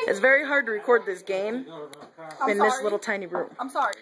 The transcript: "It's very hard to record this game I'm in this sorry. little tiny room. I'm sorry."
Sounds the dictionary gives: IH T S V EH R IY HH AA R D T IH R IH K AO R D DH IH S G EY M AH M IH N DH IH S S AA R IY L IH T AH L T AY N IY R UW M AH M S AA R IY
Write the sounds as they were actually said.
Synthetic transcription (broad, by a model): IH T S V EH R IY HH AA R D T IH R IH K AO R D DH IH S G EY AH M IH N DH IH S S L IH T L T AY N IY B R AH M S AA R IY